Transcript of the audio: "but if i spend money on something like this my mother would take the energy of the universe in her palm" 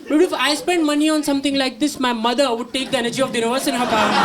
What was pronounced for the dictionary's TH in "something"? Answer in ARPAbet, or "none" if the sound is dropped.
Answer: T